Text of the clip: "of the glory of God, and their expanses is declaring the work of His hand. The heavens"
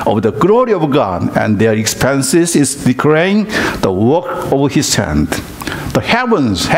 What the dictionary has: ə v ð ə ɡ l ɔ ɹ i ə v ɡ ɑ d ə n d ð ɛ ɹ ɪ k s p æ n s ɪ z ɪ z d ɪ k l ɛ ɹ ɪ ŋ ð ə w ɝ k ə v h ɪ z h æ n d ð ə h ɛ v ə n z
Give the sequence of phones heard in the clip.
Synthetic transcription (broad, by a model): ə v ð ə ɡ l ɔ ɹ i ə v ɡ ɑ d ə n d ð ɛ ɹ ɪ k s p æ n s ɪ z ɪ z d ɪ k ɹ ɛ ɪ ŋ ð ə w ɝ k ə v h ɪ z h æ n d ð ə h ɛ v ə n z